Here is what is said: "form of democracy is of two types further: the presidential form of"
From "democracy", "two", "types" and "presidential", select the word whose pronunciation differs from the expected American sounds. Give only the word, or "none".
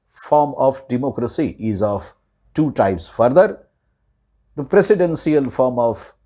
presidential